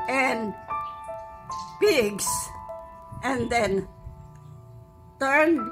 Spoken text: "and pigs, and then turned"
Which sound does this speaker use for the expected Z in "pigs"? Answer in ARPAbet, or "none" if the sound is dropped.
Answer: S